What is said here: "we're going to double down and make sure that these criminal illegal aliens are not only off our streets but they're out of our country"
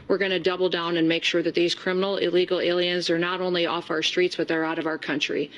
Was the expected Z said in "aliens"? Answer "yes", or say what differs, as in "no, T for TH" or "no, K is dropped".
yes